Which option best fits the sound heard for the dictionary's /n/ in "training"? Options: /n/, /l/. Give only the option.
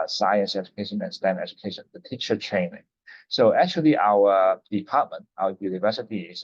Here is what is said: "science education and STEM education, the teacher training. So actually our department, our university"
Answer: /n/